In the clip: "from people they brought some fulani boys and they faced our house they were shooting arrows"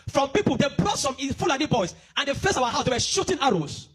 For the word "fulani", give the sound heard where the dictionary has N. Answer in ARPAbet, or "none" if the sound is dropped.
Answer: L